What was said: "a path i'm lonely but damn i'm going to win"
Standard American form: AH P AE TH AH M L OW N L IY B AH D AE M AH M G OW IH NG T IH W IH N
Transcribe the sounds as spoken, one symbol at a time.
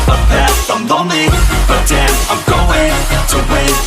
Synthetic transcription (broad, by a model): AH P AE S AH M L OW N IY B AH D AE AH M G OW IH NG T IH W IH